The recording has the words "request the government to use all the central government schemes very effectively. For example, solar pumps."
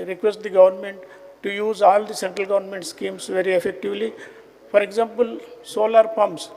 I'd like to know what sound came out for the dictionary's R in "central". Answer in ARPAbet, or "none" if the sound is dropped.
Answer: R